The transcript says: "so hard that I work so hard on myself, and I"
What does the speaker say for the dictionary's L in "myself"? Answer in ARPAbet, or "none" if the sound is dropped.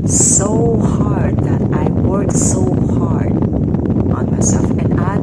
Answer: none